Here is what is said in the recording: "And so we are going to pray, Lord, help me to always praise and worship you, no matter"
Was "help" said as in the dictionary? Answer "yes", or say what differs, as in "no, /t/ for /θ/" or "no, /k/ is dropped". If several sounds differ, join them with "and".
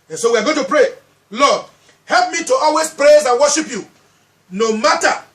yes